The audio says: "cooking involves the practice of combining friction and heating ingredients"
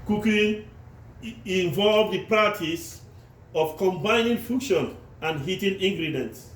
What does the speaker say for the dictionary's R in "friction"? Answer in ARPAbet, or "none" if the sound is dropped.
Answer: none